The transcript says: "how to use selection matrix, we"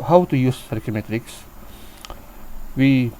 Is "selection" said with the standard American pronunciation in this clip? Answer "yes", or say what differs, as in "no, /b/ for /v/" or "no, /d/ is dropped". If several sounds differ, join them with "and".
no, /ʃ/ is dropped